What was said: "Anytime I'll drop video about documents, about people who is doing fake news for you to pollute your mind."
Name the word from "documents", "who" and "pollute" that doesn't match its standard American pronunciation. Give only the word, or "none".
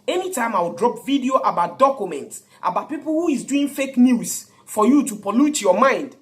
none